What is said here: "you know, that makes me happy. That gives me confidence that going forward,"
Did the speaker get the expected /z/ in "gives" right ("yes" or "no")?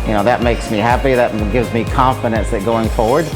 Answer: yes